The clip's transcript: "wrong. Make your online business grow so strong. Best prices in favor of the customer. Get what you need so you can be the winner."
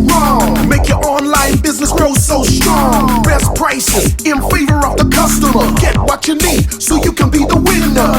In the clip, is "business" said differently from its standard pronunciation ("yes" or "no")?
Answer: no